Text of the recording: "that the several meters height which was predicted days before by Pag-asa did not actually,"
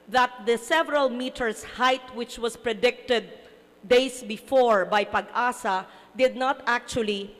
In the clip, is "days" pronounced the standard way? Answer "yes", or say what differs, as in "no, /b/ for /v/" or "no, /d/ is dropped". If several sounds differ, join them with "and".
no, /s/ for /z/